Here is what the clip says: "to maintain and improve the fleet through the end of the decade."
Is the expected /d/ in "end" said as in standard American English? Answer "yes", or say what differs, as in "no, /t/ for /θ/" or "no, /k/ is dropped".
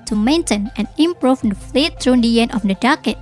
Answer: no, /d/ is dropped